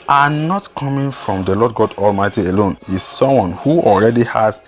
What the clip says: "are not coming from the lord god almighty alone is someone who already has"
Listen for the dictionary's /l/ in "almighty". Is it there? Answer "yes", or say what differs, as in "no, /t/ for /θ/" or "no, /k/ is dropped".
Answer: yes